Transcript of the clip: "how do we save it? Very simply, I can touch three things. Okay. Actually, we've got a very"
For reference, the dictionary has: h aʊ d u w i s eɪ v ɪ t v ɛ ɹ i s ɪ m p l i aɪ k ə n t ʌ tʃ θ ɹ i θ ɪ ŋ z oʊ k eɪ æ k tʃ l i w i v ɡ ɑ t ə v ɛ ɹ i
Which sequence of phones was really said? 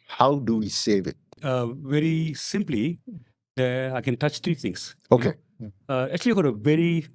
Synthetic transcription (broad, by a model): h aʊ d u w i s eɪ v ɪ t v ɛ ɹ i s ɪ m p l i aɪ k ə n t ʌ tʃ t ɹ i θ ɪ ŋ s oʊ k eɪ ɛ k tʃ i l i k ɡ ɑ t ə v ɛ ɹ i